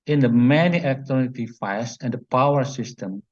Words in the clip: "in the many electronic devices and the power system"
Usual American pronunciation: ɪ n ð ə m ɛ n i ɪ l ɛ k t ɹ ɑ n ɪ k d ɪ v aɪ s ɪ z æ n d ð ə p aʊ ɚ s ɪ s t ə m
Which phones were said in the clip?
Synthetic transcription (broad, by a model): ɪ n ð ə m ɛ n i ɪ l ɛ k t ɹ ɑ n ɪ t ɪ f aɪ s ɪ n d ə p aʊ ɚ s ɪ s t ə m